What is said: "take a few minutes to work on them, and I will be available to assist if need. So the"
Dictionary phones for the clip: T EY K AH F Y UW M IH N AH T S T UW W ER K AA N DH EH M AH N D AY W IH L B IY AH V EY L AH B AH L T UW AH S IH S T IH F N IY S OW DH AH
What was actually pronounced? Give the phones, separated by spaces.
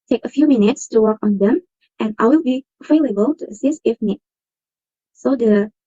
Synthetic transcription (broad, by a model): T EY K AH F Y UW M IH N AH T S T UW W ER K AA N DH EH M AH N AY W IH L B IY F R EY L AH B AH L T UW AH S IH S T IH F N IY S OW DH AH